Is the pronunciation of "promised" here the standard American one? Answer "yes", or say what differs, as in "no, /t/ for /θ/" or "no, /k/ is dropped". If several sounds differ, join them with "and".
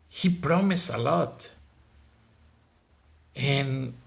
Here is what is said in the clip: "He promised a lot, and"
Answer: no, /t/ is dropped